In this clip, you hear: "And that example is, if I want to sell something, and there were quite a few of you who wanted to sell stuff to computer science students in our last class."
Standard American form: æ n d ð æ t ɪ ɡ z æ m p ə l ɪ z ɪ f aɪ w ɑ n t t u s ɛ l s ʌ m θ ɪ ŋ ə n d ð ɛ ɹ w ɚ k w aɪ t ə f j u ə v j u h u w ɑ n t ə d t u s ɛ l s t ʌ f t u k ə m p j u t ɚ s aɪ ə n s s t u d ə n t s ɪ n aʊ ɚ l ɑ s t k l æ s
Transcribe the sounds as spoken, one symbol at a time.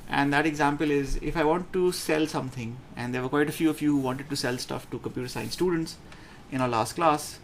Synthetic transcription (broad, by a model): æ n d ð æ t ɪ ɡ z æ m p ə l ɪ z ɪ f aɪ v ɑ n t t u s ɛ l s ʌ m t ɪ ŋ ə n d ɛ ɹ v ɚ k w aɪ t ə f j u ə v j u h u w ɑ n t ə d t u s ɛ l s t ʌ f t u k ə m p j u t ɚ s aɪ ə n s s t u d ə n t s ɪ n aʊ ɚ l ɑ s t k l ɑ s